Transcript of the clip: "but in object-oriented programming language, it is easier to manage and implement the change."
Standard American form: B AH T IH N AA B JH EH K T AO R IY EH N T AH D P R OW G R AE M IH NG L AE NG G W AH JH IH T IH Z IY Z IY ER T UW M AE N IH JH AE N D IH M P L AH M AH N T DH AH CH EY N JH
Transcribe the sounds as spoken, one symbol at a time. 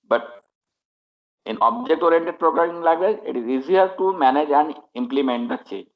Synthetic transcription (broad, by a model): B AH T IH N AA B JH EH K T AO R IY N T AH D P R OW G R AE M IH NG L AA G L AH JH IH T IH Z IY Z IY ER T UW M AE N IH JH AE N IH M P L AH M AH N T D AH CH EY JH